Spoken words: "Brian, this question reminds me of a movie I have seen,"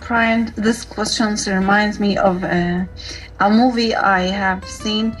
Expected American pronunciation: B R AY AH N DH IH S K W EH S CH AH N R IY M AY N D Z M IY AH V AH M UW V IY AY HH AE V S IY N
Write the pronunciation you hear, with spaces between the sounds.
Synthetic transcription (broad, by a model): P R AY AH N DH IH S K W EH S CH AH N R IY M AY N D Z M IY AH V AH M UW V IY AY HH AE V S IY N